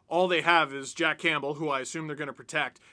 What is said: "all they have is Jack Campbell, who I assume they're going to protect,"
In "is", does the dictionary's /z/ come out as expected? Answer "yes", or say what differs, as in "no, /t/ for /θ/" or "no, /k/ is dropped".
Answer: yes